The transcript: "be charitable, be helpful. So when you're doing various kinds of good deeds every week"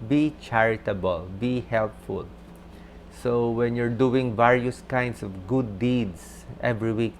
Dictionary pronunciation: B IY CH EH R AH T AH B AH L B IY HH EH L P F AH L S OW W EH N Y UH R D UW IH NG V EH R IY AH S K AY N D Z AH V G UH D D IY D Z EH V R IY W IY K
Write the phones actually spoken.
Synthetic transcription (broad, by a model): B IY CH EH R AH T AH B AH L B IY HH EH L P F AH L S OW W EH N Y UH R D UW IH NG V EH R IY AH S K AY N D S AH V G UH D D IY D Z EH V R IY W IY K